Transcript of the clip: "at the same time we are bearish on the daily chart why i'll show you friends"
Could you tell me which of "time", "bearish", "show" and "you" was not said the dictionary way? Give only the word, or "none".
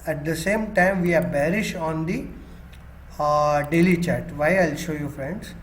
none